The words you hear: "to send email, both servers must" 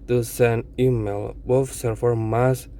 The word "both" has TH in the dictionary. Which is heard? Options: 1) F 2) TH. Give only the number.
1